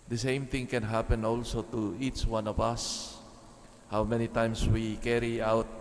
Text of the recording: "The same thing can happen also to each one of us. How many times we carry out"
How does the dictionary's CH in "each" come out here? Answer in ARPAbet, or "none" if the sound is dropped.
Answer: CH